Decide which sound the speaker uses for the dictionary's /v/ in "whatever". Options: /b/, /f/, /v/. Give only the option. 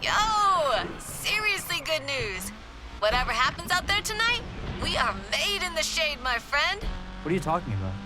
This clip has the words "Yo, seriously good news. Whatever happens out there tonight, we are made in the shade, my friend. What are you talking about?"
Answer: /v/